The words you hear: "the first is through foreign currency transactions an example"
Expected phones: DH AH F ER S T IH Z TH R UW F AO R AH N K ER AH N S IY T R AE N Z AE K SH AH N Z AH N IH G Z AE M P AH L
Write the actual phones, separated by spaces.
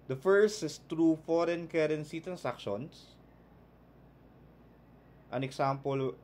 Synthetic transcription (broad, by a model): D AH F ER S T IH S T R UW F AO R AH N K ER AH N S IY T R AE N S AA K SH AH N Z AH N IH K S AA M P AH L